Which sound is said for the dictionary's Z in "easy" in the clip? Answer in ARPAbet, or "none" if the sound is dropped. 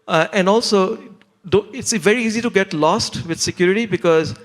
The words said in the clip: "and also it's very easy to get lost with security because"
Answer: Z